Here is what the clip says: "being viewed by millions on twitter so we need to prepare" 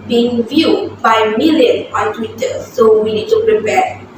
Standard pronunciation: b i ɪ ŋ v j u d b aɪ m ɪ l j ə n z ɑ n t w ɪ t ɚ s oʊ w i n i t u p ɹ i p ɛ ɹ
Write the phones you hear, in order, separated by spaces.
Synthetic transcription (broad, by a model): b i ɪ ŋ v j u d b aɪ m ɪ l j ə n ɑ n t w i t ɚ s oʊ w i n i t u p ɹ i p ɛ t